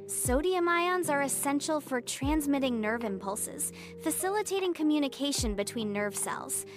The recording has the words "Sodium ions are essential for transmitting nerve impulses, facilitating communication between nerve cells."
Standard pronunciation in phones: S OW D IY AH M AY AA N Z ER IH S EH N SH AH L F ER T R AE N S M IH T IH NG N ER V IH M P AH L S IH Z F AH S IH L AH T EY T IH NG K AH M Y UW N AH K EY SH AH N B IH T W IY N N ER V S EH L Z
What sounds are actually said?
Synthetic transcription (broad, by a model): S OW D IY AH M AY AA N Z ER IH S EH N SH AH L F ER T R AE N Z M IH T IH NG N ER V IH M P AH L S IH Z F AH S IH L AH T EY T IH NG K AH M Y UW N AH K EY SH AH N B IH T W IY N N ER V S EH L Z